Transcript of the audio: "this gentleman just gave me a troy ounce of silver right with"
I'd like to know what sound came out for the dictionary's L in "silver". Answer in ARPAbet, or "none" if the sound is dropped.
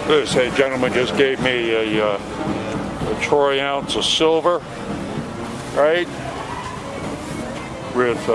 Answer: L